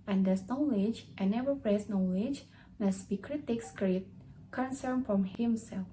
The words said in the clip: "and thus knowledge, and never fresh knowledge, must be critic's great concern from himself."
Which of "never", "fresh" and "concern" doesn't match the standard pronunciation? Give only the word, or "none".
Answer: fresh